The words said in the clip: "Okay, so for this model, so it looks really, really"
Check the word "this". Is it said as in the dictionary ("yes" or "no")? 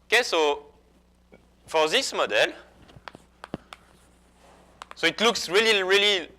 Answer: yes